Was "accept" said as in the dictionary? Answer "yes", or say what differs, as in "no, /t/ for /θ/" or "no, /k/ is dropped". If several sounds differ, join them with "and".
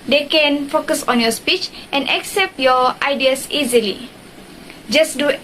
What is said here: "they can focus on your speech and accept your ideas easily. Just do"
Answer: yes